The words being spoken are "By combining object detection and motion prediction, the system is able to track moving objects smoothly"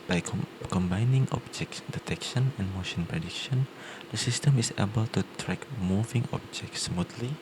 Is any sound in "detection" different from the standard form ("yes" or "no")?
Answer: no